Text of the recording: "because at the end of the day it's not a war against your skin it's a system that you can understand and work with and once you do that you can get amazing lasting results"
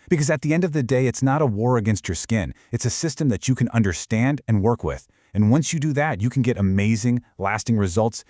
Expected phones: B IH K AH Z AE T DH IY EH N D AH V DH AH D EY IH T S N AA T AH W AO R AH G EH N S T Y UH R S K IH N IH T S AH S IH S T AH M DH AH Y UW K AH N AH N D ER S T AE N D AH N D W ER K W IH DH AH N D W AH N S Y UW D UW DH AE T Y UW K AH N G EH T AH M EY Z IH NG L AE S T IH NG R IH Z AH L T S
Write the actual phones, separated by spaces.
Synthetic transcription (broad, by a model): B IH K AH Z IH T DH IY EH N D AH V DH AH D EY IH T S N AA T AH W AO R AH G EH N S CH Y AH R S K IH N IH T S AH S IH S T AH M DH AH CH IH K AH N AH N D ER S T AE N D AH N W ER K W IH DH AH N W AH N S Y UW D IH DH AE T Y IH K N G EH T AH M EY Z IH NG L AE S T IH NG R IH Z AH L T S